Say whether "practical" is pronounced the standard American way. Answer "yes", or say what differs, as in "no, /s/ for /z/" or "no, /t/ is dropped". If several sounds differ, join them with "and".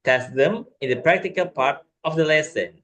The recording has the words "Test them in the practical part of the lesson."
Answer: yes